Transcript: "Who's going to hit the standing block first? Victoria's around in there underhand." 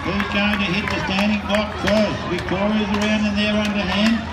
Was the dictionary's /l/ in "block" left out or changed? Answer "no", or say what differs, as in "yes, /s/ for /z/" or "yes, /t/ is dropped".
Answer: yes, /l/ is dropped